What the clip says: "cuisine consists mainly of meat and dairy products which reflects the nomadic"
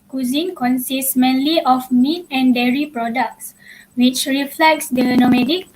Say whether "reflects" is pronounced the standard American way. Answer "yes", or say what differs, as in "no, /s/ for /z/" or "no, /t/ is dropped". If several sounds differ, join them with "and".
yes